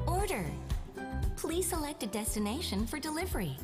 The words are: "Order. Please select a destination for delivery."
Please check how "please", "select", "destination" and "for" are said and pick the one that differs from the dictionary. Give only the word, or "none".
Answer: none